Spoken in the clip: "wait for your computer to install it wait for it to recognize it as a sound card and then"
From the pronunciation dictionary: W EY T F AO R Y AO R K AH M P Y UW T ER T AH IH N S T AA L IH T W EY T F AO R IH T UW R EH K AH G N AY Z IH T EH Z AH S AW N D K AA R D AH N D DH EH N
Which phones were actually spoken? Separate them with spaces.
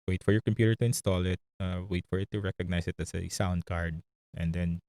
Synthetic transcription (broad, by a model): W EY T F AO R Y AO R K AH M P Y UW T ER T AH IH N S T AA L IH T W EY T F AO R IH T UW R EH K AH G N AY S IH T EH S AH S AW N D K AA R D AH N D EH N